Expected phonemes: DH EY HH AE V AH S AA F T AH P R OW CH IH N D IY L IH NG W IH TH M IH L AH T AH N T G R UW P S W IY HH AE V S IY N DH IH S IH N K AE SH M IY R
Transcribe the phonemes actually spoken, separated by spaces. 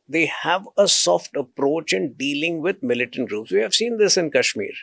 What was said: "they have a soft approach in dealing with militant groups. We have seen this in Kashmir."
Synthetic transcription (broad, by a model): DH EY HH AE V AH S AA F T AH P R OW CH IH N D IY L IH NG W IH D M IH L AH T AH N T G R UW P S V IY HH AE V S IY N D IH S IH N K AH SH M IY R